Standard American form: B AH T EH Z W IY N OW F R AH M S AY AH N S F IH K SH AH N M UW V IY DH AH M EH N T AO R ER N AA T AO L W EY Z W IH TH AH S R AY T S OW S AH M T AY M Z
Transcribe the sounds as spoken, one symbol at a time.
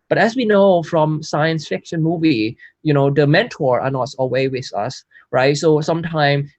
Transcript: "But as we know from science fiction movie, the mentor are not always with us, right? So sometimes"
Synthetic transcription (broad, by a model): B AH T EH S W IY N OW F R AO M S AY AH N S F IH K SH AH N M UW V IY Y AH M EH N T AO R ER N AA T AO W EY W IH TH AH S R AY T S OW S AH M T AY M